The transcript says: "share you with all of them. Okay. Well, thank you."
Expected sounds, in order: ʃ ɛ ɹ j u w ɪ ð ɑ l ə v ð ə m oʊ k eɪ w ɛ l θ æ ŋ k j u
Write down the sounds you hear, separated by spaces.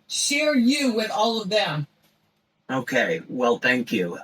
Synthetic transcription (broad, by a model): ʃ ɛ ɹ j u w ɪ ð ɑ l ə v ð ə m oʊ k eɪ w ɛ l θ æ ŋ k j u